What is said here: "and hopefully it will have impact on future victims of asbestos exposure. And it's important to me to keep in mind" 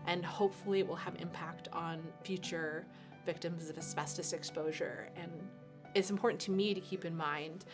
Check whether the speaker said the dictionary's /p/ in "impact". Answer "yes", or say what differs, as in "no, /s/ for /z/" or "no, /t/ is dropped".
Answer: yes